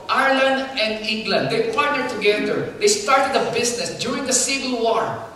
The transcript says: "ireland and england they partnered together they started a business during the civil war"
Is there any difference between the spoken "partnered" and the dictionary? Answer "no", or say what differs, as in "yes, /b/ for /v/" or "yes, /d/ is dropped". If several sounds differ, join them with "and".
yes, /n/ is dropped